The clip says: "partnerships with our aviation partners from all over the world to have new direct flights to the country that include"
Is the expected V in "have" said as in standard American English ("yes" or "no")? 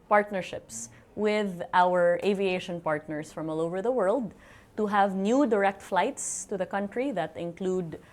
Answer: yes